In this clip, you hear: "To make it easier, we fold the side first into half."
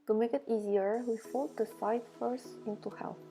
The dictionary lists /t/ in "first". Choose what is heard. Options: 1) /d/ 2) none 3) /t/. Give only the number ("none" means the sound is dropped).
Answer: 2